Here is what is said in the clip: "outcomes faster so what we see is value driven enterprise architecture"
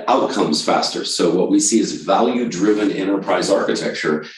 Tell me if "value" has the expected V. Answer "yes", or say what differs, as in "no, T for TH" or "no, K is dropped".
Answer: yes